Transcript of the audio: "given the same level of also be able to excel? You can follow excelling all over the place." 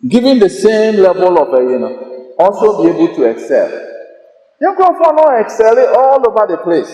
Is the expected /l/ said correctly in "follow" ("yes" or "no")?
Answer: no